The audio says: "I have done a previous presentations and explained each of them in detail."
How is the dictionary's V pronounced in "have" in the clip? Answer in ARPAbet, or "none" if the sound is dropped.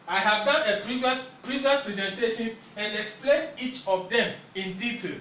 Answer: V